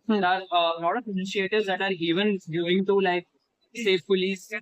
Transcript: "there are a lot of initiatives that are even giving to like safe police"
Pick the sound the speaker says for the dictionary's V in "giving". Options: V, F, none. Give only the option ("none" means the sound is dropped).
none